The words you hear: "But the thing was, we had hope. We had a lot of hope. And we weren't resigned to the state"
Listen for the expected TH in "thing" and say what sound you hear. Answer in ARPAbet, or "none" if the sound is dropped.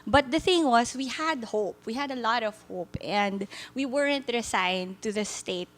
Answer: TH